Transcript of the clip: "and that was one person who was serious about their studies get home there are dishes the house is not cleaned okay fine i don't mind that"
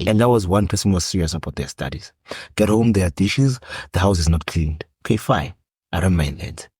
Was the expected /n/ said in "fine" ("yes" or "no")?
no